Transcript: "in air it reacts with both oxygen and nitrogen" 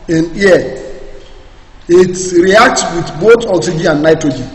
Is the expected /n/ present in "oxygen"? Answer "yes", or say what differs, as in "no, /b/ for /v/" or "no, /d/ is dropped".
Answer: no, /n/ is dropped